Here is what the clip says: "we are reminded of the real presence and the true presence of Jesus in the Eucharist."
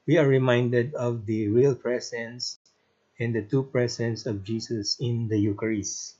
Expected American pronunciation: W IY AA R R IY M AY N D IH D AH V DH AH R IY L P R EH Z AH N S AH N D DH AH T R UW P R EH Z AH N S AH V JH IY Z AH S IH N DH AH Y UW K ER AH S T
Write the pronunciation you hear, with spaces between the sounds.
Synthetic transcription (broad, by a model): W IY AA R R IY M AY N D IH D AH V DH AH R IY L P R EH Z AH N S AH N D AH T UW P R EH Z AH N S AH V JH IY S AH S IH N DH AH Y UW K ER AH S